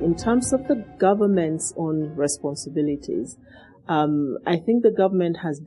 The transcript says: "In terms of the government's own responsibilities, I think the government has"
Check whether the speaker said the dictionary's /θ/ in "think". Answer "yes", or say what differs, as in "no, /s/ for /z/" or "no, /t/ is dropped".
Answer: yes